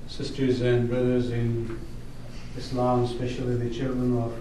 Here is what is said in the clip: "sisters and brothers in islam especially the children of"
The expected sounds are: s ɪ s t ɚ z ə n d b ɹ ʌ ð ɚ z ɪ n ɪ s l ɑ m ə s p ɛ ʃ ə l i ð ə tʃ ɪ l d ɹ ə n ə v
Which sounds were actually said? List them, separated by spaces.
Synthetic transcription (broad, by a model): s ɪ s t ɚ z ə n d b ɹ ʌ ð ɚ z ɪ n ɪ s l ɑ m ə s p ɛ ʃ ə l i ð ə tʃ ɪ l d ɹ ə n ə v